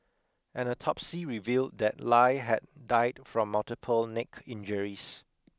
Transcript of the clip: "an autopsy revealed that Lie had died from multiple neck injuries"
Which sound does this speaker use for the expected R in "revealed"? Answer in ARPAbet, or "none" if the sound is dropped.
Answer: R